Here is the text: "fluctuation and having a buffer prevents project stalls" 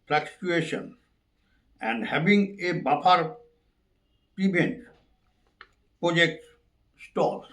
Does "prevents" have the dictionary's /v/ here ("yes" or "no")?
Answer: no